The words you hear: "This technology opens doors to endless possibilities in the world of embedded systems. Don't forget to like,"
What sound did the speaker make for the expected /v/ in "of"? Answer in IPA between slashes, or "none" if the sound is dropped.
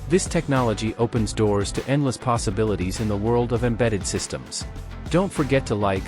/v/